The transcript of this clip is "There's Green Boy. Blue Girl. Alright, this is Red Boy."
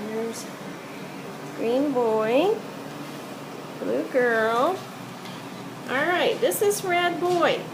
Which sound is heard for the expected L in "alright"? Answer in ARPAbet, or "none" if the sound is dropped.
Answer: L